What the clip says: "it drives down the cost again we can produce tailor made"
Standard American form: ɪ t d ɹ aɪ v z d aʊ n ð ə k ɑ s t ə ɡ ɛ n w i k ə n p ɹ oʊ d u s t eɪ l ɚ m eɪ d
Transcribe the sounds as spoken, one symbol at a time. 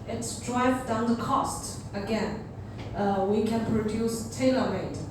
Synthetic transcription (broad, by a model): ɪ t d ɹ aɪ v d aʊ n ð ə k ɑ s t ə ɡ ɛ n w i k ə n p ɹ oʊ d u s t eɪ l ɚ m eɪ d